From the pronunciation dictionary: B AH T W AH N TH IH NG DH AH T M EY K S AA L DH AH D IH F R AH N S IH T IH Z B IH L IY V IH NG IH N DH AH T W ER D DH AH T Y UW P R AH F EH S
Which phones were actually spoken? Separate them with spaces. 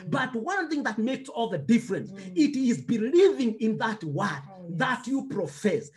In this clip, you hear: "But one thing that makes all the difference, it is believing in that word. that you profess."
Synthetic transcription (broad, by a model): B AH T W AH N TH IH NG DH AH T M EY K S AA L DH AH D IH F R AH N S IH T IH Z B IH L IY V IH NG IH N DH AH T W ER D DH AH T Y UW P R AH F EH S